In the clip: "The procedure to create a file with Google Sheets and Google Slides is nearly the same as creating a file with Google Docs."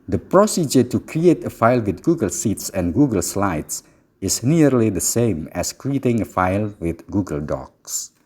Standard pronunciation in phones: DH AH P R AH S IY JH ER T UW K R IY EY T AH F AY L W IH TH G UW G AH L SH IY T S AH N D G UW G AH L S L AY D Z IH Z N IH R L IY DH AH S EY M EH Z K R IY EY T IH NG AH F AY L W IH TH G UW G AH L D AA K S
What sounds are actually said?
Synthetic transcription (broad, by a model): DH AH P R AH S IY JH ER T UW K R IY EY T AH F AY L W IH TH G UW G AH L S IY T S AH N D G UW G AH L S L AY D S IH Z N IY R L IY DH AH S EY M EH S K R IY EY T IH NG AH F AY L W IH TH G UW G AH L D AA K S